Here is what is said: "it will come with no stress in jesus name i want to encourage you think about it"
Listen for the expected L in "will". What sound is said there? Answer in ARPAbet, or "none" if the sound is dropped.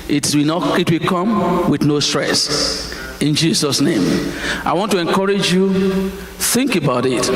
W